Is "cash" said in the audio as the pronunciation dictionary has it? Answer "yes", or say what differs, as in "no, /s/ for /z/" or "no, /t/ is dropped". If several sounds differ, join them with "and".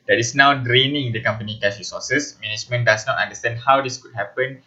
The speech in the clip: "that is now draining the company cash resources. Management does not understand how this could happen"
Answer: no, /s/ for /ʃ/